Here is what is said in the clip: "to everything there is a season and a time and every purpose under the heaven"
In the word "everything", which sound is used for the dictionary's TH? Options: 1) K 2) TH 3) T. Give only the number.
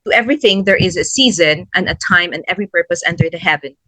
2